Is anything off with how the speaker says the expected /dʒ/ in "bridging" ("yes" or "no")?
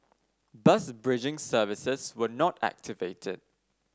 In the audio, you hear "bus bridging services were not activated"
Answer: no